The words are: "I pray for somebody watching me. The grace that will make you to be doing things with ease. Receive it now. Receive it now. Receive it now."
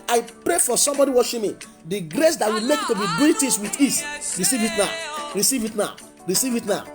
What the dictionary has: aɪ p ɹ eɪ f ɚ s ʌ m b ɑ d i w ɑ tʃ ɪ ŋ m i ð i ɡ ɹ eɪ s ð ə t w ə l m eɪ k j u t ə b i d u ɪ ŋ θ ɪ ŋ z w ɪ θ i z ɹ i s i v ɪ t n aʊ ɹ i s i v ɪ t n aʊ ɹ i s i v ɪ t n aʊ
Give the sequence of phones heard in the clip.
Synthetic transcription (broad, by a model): aɪ p ɹ eɪ f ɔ s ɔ m b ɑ d i w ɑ ʃ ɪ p m i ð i ɡ ɹ eɪ s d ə t w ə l m eɪ k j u t ə b i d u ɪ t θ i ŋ s w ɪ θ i s ɹ i s i v ɪ t n aʊ ɹ i s i v ɪ t n aʊ ɹ i s i v ɪ t n aʊ